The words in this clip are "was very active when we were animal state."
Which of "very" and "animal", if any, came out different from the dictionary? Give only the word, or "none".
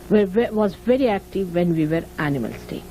none